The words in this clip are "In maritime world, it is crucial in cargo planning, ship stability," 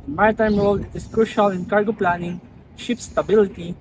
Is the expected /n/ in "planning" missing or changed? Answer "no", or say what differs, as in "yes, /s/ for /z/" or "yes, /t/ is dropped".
no